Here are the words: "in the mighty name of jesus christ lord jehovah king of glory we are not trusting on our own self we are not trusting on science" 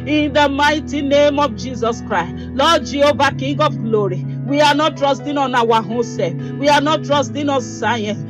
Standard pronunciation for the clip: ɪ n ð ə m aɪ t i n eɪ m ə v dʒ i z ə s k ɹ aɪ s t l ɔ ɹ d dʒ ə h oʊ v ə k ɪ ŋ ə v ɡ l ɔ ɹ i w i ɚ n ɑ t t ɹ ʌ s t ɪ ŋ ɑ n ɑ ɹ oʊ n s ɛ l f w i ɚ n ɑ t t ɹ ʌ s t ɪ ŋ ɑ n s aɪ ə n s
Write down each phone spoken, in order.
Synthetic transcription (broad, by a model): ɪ n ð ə m aɪ t i n eɪ m ə v dʒ i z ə s k ɹ aɪ s t l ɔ dʒ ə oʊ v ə k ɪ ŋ ə v ɡ l ɔ ɹ i w i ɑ n ɑ t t ɹ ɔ s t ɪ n ɑ n ɑ w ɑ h s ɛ f w i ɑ n ɑ t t ɹ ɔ s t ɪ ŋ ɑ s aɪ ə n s